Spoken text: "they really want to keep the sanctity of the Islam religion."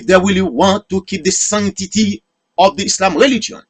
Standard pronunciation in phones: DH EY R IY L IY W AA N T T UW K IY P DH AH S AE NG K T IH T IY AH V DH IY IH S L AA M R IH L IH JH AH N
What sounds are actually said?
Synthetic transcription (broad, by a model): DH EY W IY L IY W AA N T T UW K IY P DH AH S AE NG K T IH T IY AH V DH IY IH S L AA M R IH L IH JH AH N